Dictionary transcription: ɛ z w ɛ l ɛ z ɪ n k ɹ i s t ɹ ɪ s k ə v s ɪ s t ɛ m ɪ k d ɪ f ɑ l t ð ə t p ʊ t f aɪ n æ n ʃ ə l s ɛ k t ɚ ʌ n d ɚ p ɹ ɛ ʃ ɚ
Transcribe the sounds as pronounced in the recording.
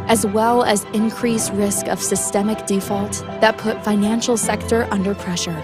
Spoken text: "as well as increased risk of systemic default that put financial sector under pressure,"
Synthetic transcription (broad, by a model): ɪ z w ɛ l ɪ z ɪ n k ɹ i s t ɹ ɪ s k ə v s ɪ s t ɛ m ɪ k d ɪ f ɑ l t ð ə t p ʊ t f aɪ n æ n ʃ l s ɛ k t ɚ ʌ n d ɚ p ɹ ɛ ʃ ɚ